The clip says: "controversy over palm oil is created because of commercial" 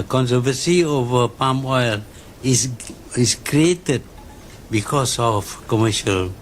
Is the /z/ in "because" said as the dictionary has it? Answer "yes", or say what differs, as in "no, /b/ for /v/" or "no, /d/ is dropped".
no, /s/ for /z/